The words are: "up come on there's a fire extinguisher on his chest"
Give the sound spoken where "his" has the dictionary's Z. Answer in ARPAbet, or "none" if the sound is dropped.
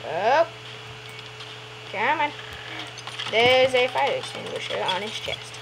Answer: S